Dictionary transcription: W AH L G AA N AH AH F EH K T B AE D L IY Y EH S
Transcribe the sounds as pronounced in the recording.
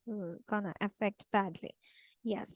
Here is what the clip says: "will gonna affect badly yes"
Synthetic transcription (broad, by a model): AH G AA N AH AH F EH K T B AE D L IY Y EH S